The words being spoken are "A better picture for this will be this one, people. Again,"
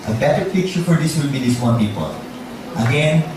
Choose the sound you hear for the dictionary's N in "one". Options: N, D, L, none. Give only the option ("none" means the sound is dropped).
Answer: L